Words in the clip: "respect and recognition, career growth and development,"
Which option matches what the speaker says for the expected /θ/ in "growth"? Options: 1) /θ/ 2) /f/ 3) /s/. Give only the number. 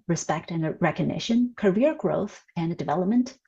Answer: 1